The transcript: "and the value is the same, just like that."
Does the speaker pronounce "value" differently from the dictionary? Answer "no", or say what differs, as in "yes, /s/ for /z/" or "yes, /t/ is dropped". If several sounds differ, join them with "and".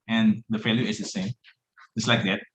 yes, /f/ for /v/